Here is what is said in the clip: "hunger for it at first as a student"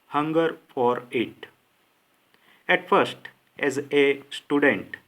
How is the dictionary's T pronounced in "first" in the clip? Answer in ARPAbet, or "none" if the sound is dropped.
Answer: T